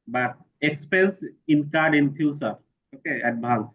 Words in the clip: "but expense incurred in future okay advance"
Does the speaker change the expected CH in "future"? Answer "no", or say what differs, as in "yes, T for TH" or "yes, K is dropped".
yes, S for CH